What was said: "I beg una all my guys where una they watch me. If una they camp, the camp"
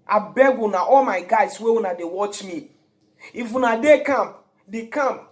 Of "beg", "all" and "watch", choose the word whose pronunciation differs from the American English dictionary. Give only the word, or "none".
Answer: none